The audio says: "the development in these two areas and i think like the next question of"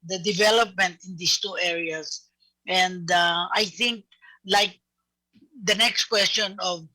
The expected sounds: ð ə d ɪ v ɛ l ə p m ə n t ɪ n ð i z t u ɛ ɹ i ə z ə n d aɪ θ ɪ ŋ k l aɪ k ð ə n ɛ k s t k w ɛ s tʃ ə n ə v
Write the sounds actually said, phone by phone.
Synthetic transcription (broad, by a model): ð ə d ɪ v ɛ l ə p m ə n t ɪ n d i s t u ɛ ɹ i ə s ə n d aɪ θ ɪ ŋ k l aɪ k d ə n ɛ k s t k w ɛ s tʃ ə n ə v